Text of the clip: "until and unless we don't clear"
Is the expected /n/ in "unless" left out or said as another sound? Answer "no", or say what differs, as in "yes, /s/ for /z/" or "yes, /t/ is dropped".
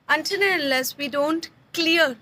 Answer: yes, /n/ is dropped